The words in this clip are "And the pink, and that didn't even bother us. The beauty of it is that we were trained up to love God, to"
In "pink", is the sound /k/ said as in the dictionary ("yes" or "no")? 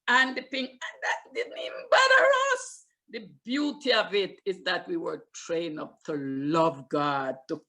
no